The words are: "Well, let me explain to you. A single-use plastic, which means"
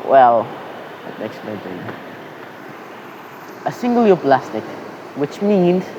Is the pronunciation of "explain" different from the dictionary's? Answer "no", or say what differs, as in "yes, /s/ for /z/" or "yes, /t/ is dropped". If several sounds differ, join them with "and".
yes, /p/ is dropped